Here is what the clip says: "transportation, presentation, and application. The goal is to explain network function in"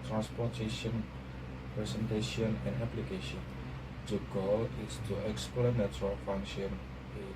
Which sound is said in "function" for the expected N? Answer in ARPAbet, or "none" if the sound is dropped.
none